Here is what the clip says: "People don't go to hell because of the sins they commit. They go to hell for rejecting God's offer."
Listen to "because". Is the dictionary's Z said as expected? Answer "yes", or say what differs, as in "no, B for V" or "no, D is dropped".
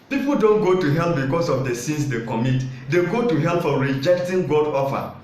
no, S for Z